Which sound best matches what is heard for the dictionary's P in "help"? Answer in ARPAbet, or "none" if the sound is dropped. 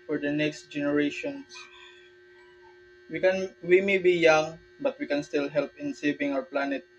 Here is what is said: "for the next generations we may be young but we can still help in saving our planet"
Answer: P